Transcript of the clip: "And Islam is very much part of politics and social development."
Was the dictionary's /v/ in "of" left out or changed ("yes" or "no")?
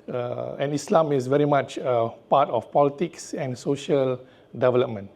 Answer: yes